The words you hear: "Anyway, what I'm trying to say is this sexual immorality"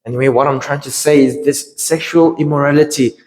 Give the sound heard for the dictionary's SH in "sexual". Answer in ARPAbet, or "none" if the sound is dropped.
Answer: SH